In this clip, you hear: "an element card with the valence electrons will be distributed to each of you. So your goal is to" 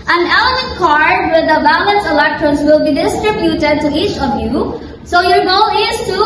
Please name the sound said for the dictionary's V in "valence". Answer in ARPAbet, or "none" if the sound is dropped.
B